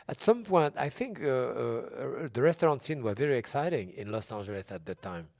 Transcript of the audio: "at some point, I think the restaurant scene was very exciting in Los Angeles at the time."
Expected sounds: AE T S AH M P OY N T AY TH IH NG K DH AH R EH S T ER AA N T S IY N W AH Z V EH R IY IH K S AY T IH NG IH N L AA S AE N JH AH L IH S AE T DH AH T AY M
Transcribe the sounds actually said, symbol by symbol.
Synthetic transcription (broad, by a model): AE T S AH M P OY N T AY TH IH NG K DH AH R EH S T ER AA N T S IY N W AH Z V EH R IY IH K S AY T IH NG IH N L AA S AE N JH AH L IH S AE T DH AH T AY M